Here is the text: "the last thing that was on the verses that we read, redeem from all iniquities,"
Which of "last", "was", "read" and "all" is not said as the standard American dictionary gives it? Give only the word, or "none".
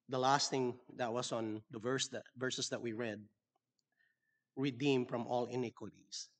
was